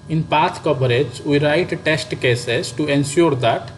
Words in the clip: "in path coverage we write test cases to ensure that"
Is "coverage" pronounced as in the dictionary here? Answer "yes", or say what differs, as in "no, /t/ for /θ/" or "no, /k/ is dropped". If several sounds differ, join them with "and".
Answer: no, /b/ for /v/